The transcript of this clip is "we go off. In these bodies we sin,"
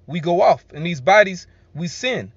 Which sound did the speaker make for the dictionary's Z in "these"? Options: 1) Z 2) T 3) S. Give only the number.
1